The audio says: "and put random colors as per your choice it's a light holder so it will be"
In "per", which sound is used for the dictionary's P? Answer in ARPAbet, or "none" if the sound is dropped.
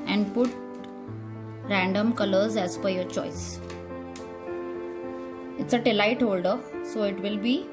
F